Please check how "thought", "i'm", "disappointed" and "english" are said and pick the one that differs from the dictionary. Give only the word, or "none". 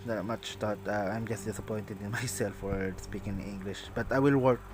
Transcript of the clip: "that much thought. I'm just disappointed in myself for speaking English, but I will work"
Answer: thought